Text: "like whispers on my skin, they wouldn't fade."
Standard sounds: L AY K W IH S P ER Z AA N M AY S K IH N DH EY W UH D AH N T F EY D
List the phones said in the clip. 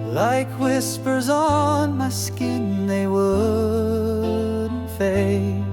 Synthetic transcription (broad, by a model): L AY K W IH S P ER Z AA N M AY S K IH N DH EY W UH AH T F EY